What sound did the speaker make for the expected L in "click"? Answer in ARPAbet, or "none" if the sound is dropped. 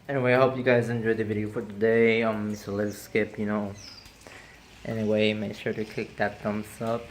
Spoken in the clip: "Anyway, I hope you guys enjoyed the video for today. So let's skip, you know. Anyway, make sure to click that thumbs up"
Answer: none